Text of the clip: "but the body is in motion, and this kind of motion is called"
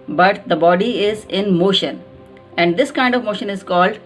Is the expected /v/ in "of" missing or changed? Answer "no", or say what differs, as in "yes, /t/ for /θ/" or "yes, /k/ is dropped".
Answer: no